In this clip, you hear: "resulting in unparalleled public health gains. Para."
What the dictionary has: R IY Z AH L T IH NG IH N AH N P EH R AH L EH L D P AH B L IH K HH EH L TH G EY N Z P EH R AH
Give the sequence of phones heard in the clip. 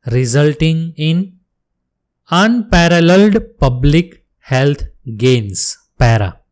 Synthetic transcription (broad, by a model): R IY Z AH L T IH NG IH N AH N P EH R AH L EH L D P AH B L IH K HH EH L T G EY N S P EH R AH